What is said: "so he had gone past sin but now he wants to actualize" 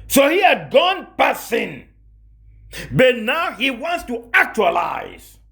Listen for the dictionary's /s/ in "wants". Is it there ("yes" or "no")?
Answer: yes